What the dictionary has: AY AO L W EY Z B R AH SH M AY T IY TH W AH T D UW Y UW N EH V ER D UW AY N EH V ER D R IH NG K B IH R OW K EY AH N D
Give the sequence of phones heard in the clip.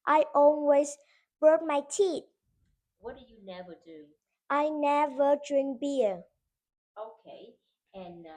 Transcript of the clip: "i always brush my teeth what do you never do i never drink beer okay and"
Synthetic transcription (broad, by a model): AY AO L W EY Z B R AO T M AY T IY T W AH T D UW Y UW N EH V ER D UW AY N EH V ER D R IH NG K B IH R OW K EY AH N